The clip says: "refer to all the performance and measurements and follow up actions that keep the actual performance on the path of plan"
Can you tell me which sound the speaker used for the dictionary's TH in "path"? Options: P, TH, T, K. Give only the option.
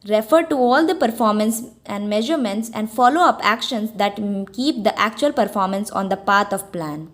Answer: T